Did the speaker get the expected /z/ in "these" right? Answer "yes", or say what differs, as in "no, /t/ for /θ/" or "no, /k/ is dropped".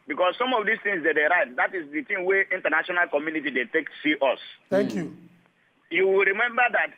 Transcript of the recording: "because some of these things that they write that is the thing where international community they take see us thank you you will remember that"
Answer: no, /s/ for /z/